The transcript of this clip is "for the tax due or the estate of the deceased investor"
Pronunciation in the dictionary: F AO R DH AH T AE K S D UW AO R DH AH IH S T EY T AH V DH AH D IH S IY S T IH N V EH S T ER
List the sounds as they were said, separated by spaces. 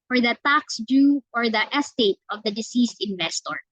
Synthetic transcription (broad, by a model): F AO R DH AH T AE K S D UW AO R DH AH IH S T EY T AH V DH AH D IH S IY S T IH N V EH S T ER